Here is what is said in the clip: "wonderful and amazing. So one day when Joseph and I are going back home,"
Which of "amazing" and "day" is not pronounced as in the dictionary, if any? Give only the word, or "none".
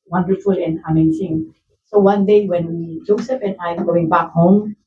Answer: amazing